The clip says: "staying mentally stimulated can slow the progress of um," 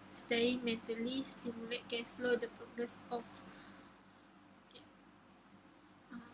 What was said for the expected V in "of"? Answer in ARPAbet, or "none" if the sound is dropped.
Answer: F